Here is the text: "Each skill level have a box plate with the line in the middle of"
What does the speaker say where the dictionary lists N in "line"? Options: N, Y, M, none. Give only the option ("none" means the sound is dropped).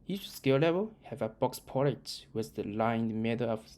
none